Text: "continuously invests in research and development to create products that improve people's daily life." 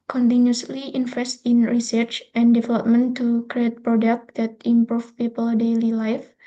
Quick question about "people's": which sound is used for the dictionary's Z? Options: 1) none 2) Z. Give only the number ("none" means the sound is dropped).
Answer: 1